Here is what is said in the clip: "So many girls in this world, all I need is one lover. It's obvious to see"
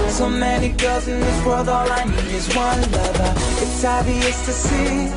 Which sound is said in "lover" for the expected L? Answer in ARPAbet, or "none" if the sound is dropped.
N